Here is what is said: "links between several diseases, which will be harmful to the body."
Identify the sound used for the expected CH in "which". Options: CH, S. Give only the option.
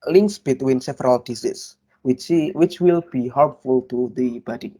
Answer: CH